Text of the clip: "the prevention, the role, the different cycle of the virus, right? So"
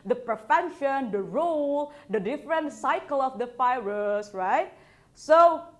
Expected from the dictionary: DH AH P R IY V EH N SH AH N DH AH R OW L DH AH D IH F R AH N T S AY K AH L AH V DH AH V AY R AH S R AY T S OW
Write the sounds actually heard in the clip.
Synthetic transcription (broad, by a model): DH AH P R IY F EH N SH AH N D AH R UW L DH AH D IH F R AH N T S AY K AH L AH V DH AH F AY R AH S R AY T S OW